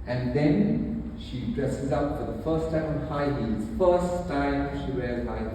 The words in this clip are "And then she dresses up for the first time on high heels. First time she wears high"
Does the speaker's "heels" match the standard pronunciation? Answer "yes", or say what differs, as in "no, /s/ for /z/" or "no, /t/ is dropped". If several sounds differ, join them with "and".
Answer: no, /l/ is dropped